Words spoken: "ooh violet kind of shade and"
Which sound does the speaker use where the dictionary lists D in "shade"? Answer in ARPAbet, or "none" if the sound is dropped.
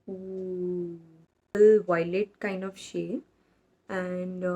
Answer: none